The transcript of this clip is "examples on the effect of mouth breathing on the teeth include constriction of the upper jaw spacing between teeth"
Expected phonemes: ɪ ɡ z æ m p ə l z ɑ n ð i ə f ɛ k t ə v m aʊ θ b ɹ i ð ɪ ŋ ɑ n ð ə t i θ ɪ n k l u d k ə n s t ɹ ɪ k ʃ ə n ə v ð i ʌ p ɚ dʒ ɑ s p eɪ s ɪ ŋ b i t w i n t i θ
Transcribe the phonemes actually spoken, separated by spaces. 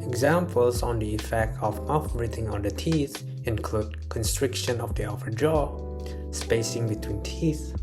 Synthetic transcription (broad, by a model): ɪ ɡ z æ m p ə l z ɑ n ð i ə f ɛ k t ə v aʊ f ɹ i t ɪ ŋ ɑ n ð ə t i θ ɪ n k l u d k ə n s t ɹ ɪ k ʃ ə n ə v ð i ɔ f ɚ dʒ ɑ s p eɪ s ɪ ŋ b i t w i n t i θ